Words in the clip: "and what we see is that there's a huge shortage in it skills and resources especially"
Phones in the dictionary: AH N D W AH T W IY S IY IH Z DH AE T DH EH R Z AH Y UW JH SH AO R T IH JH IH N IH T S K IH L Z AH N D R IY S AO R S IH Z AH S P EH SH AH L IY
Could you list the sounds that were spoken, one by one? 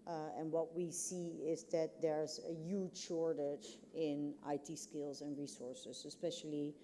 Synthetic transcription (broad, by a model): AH N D W AH T W IY S IY IH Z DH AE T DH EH R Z AH Y UW JH SH AO R T IH JH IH N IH T S K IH L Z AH N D R IY S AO R S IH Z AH S P EH SH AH L IY